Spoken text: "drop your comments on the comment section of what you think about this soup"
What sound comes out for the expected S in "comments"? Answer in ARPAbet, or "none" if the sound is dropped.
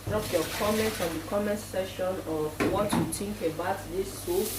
none